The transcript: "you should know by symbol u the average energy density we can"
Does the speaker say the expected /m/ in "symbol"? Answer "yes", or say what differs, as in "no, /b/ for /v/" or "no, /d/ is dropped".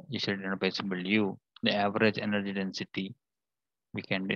no, /m/ is dropped